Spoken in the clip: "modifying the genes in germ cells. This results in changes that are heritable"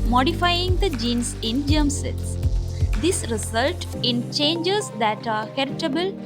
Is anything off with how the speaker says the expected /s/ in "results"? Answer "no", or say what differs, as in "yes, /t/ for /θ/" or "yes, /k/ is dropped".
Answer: yes, /s/ is dropped